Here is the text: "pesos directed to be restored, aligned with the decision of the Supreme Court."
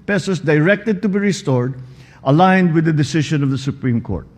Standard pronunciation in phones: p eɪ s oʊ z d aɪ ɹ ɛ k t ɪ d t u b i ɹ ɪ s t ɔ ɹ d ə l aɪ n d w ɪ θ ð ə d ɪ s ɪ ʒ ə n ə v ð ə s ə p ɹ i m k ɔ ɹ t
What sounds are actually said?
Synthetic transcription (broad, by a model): p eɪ s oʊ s d aɪ ɹ ɛ k t ɪ d t u b i ɹ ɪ s t ɔ ɹ d ə l aɪ n d w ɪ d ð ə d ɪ s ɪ ʃ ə n ə v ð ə s ə p ɹ i m k ɔ ɹ t